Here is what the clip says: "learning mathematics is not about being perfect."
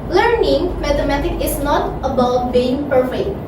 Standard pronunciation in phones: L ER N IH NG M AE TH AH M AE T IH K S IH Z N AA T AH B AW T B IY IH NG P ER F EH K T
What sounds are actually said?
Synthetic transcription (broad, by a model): L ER N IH NG M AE T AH M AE T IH K IH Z N AA T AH B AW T B IY IH NG P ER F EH K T